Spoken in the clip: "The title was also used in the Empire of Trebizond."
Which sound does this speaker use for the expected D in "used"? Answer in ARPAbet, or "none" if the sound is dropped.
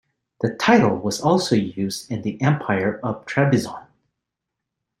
D